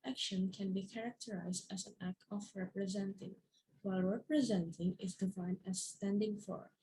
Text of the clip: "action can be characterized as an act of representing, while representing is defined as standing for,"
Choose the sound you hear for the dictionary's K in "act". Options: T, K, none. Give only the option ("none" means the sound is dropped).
K